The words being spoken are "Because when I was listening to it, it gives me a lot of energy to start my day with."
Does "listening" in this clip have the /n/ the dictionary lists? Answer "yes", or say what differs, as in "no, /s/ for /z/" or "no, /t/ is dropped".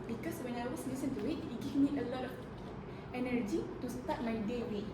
no, /n/ is dropped